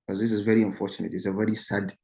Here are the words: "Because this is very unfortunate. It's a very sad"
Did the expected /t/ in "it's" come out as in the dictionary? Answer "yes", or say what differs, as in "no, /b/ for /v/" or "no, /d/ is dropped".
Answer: yes